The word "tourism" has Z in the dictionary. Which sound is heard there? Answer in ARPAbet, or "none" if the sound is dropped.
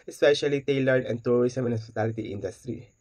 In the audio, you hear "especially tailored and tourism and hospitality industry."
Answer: S